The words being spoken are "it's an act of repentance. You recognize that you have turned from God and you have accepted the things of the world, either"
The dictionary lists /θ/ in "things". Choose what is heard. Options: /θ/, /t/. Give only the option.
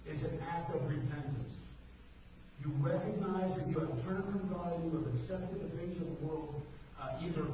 /θ/